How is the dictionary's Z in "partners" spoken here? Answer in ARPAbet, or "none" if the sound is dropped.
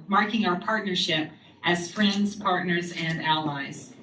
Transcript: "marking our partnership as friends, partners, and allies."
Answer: Z